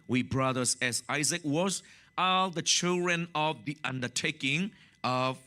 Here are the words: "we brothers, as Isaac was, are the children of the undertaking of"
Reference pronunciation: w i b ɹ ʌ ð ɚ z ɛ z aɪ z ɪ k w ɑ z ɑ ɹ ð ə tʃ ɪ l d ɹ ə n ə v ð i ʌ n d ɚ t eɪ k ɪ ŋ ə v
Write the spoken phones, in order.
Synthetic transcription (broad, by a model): w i b ɹ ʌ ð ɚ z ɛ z aɪ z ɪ k w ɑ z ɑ l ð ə tʃ ɪ l d ɹ ə n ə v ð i ʌ n d ɚ t eɪ k ɪ ŋ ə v